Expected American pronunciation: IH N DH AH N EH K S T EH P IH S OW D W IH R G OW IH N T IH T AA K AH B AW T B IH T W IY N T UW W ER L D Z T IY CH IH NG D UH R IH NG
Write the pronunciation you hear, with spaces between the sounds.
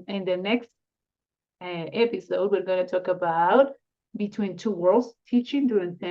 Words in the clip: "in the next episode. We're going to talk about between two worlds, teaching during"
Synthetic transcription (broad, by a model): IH N DH AH N EH K S T EH P IH S OW D W IH R G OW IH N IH T AA K AH B AW T B IH T W IY N T UW W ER L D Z T IY CH IH NG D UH R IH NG